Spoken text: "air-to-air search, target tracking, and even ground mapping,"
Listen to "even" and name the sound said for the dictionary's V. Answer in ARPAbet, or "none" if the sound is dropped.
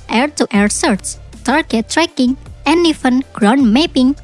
F